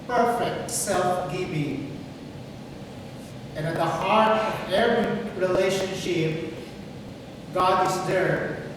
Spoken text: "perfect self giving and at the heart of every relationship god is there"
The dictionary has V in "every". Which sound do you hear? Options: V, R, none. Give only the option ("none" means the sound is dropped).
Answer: none